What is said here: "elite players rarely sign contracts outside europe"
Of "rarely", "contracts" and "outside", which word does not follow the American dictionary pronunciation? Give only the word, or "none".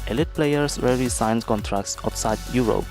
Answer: rarely